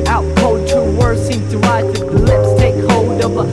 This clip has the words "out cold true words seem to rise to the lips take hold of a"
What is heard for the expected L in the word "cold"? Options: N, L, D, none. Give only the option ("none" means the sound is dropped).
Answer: none